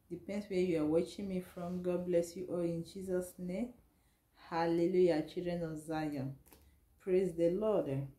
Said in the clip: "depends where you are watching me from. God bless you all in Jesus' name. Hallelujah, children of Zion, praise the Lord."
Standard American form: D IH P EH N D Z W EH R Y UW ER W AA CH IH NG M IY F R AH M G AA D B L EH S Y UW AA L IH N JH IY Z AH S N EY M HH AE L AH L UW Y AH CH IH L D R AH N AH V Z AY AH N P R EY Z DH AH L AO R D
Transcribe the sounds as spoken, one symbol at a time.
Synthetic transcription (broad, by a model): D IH P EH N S W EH Y UW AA W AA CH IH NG M IY F R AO M G AA D B L EH S Y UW AA L IH N JH IY Z AH S N EY M HH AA L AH L UW Y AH CH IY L D R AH N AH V Z AY AH N P R EY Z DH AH L AO D